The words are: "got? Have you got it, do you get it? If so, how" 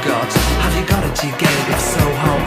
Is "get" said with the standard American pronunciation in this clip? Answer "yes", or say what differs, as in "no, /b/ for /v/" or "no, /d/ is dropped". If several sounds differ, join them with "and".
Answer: no, /t/ is dropped